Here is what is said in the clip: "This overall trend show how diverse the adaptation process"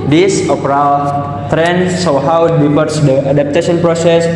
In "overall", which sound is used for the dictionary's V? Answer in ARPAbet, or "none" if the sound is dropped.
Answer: P